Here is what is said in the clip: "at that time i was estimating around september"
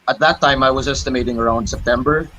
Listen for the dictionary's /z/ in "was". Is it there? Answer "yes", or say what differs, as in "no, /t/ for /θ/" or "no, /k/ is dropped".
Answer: yes